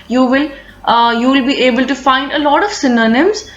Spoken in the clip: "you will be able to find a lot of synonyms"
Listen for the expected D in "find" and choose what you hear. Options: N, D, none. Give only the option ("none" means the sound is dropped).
D